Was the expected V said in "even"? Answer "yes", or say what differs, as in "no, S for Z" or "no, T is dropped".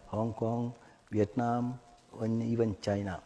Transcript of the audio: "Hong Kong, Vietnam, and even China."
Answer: no, B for V